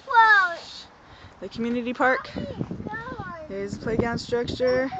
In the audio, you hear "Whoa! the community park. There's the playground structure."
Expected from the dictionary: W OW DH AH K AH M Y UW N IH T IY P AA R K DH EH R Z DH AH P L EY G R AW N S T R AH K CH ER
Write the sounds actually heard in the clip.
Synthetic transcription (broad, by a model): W DH AH K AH M Y UW N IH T IY P AA R K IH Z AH P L EY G AW N S T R AH K CH ER